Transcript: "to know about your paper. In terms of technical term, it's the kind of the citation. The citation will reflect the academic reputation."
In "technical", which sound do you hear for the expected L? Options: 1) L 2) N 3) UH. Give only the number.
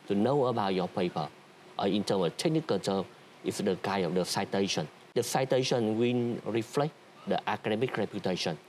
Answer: 2